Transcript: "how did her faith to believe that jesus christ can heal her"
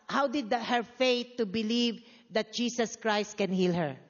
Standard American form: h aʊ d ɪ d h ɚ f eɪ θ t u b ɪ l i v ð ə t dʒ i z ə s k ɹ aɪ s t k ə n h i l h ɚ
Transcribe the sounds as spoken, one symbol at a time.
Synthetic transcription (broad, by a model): h aʊ d ɪ d h ɚ f eɪ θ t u b ɪ l i v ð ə t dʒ i s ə s k ɹ aɪ s t k ə n h i l h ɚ